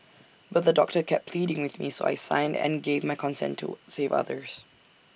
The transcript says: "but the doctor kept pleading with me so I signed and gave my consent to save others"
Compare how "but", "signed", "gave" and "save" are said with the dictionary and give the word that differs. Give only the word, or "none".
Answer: none